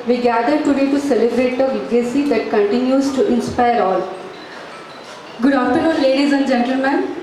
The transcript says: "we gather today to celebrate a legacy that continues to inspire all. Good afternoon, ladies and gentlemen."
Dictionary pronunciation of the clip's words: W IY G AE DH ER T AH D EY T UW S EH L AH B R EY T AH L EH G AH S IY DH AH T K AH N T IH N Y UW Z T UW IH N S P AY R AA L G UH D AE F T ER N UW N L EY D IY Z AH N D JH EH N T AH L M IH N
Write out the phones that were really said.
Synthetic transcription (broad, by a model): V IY G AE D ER T AH D EY T UW S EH L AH B R EY T AH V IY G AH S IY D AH T K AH N T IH N Y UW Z T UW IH N S P AY R AA L G UH D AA T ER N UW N L EY D IY Z AH N D JH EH N T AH L M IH N